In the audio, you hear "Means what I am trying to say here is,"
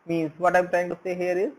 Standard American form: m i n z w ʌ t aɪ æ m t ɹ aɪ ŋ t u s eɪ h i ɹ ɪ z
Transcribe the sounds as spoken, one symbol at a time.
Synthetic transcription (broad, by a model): m i n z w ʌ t aɪ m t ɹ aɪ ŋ t u s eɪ h i ɹ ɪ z